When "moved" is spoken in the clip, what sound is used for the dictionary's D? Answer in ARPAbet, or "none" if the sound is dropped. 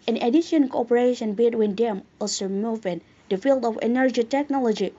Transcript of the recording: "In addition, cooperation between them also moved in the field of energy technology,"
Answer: none